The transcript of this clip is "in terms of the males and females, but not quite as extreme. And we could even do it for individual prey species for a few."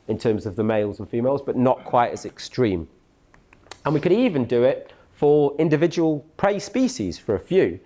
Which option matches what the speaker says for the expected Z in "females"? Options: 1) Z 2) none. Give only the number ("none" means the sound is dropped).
1